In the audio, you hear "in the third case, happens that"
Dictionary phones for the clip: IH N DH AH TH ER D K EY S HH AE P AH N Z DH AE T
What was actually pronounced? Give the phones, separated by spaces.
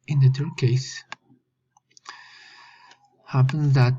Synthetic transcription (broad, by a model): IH N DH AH T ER K EY S HH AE P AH N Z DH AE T